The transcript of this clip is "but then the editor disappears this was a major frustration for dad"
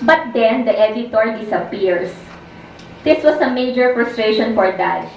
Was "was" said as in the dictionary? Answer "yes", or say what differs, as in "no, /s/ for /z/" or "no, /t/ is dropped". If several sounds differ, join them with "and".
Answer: no, /s/ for /z/